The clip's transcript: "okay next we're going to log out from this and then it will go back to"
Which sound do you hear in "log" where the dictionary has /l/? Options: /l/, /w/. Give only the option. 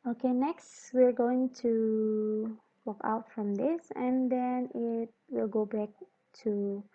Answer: /w/